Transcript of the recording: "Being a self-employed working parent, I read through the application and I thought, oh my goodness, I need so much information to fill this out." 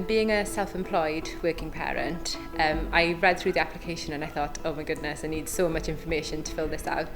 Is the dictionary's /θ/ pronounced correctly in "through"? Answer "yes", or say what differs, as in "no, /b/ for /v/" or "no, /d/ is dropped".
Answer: yes